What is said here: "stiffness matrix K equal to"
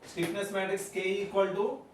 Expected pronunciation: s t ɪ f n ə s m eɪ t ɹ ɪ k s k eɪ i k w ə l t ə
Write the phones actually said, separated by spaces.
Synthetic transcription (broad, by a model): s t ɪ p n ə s m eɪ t ɪ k s k eɪ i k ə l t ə